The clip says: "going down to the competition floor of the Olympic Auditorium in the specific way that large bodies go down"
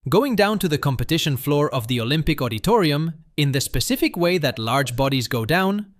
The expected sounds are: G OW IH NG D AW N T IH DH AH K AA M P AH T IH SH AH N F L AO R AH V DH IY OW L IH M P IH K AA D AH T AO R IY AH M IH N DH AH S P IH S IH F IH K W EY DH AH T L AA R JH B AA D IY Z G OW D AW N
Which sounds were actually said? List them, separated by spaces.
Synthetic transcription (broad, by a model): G OW IH NG D AW N T IH DH AH K AA M P AH T IH SH AH N F L AO R AH V DH IY OW L IH M P IH K AA D AH T AO R IY AH M IH N DH AH S P IH S IH F IH K W EY DH AH T L AA R JH B AA D IY Z G OW D AW N